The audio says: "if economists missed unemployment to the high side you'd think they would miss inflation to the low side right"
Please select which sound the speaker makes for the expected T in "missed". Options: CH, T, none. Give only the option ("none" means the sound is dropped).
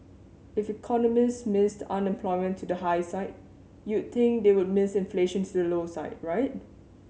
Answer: T